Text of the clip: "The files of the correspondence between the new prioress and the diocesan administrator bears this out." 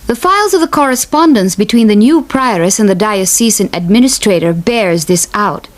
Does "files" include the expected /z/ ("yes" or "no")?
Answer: yes